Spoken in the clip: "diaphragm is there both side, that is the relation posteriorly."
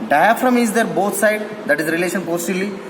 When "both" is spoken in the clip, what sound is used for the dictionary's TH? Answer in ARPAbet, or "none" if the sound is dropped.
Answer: T